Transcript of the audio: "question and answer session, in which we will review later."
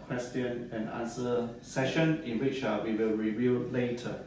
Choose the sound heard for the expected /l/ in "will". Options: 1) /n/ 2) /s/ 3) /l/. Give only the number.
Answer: 3